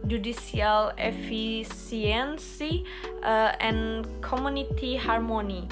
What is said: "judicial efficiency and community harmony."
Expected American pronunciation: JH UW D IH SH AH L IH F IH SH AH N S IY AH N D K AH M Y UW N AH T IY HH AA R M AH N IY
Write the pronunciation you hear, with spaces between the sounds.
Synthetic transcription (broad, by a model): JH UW D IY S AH L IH F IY S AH N S IY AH N K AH M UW N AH T IY HH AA R M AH N IY